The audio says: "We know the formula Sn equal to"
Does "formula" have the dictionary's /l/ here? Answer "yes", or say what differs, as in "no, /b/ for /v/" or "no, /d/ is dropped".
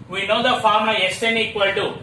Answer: no, /l/ is dropped